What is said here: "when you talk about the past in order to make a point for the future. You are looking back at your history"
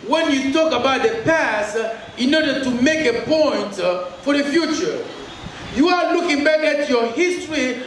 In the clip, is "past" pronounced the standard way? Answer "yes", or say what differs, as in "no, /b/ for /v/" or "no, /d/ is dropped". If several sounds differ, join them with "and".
yes